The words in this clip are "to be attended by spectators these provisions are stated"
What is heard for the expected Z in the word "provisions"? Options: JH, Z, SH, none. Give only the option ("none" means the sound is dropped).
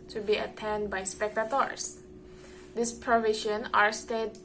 none